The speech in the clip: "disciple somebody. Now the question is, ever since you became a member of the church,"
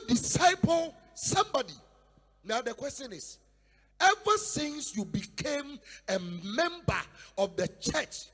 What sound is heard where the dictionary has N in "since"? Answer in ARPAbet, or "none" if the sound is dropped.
N